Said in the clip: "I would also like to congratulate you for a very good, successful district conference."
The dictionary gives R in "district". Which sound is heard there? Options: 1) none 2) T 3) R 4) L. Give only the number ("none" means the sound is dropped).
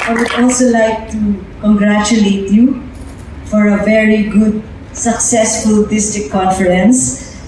1